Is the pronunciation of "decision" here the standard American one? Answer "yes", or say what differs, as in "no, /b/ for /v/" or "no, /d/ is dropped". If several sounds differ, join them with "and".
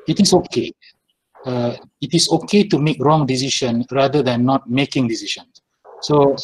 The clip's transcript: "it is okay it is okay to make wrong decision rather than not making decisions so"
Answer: no, /ʃ/ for /ʒ/